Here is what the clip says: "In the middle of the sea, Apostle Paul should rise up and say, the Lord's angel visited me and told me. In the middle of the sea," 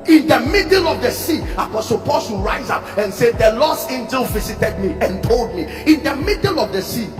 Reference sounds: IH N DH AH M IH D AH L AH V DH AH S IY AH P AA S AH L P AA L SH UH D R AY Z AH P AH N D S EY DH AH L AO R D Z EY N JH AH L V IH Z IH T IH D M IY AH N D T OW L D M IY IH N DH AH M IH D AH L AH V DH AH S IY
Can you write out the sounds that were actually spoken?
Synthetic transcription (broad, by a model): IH N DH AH M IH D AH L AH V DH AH S IY AH P AA S AH L P AA L S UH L R AY Z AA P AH N S EY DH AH L AO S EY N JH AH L V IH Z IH T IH D M IY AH N T OW L D M IY IH N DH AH M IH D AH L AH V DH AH S IY